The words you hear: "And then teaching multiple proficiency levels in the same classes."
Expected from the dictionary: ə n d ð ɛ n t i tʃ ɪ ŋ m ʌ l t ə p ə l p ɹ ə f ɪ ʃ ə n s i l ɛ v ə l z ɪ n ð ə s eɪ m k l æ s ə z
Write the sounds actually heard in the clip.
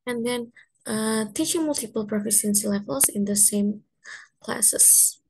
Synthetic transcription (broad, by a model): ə n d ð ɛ n t i tʃ ɪ ŋ m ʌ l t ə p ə l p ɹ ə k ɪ s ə n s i l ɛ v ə l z ɪ n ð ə s eɪ m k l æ s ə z